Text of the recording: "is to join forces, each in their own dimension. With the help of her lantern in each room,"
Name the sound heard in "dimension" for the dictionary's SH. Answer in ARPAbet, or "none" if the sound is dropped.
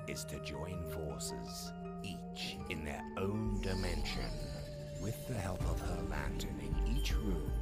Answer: SH